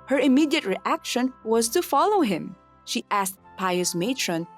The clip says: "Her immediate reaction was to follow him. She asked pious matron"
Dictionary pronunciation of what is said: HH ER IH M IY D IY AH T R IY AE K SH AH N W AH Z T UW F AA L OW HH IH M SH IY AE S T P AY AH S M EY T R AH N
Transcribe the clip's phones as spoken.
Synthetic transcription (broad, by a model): HH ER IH M IY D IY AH T R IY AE K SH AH N W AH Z T UW F AA L OW HH IH M SH IY AE S T P AY AH S M EY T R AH N